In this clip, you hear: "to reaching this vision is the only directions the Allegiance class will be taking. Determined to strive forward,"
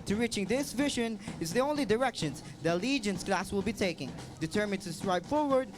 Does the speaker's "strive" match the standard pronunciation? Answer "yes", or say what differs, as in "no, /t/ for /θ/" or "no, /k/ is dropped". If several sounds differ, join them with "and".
no, /p/ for /v/